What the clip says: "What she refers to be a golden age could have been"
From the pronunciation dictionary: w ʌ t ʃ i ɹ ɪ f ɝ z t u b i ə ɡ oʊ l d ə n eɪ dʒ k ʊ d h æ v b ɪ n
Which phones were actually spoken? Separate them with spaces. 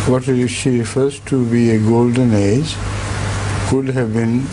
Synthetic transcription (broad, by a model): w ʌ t ʃ i ɹ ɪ f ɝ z t u b i ə ɡ oʊ l d ə n eɪ dʒ k ʊ d h æ v b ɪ n